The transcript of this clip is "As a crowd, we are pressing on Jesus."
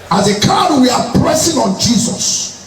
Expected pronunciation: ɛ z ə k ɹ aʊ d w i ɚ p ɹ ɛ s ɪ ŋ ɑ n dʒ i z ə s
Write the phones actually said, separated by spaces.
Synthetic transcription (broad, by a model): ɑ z ə k aʊ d w i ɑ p ɹ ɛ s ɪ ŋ ɑ n dʒ i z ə s